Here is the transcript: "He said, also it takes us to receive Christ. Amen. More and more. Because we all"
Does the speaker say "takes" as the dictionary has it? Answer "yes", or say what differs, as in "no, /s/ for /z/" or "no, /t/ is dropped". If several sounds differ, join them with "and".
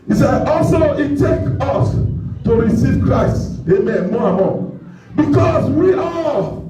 no, /s/ is dropped